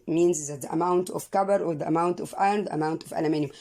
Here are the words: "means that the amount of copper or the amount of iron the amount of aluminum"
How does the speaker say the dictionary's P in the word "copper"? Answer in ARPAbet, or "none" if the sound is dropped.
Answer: B